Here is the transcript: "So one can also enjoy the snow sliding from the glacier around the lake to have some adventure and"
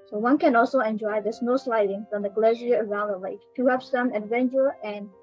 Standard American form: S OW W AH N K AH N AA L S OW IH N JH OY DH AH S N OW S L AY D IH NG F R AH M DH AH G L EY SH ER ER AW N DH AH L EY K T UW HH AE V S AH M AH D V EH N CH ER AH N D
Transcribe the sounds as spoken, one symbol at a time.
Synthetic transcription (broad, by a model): S OW W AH N K AH N AA L S OW IH N JH OY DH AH S N OW S L AY D IH NG F R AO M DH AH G L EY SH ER ER AW N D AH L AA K T UW HH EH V S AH M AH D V EH N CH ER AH N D